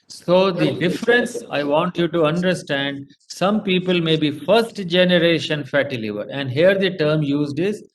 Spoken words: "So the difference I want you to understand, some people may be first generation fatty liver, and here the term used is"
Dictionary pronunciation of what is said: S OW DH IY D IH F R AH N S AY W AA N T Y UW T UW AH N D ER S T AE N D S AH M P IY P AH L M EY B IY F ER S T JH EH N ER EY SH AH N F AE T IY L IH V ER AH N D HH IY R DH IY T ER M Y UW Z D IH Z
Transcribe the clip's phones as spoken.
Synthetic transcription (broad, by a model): S OW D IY D IH F R AH N S AY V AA N T Y UW T UW AH N D ER S T AE N D S AH M P IY P AH L M EY B IY F ER S T JH EH N ER EY SH AH N F AE T IY L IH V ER AH N D HH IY R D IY T ER M Y UW Z D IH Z